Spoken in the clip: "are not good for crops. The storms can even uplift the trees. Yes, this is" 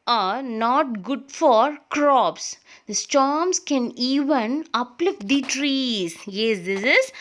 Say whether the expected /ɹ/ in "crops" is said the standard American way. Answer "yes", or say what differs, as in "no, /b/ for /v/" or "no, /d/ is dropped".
yes